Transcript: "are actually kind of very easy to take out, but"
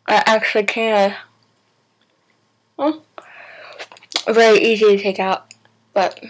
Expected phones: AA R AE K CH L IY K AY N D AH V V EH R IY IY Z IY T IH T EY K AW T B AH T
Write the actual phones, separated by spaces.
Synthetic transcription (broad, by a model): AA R AE K CH L IY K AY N AH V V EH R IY IY Z IY T IH T EY K AW T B AH T